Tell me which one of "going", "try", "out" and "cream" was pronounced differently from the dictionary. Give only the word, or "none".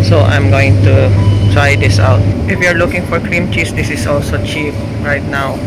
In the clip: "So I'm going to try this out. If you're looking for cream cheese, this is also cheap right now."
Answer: none